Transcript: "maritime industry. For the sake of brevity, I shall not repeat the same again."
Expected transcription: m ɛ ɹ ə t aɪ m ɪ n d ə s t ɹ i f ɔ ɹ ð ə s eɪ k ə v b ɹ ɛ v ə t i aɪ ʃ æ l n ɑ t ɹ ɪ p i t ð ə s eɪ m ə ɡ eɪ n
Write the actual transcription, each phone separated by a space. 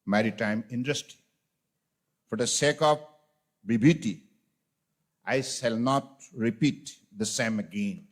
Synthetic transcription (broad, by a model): m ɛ ɹ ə t aɪ m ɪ n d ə s t i f ɔ ɹ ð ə s eɪ k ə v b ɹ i b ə t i aɪ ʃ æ l n ɑ t ɹ ɪ p i t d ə s eɪ m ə ɡ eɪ n